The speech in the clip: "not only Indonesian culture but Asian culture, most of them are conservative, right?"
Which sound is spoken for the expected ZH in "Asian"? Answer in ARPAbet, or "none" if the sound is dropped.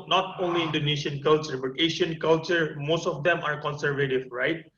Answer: SH